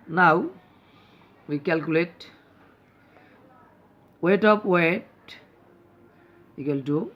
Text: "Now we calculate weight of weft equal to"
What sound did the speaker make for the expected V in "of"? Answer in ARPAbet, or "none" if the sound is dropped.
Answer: P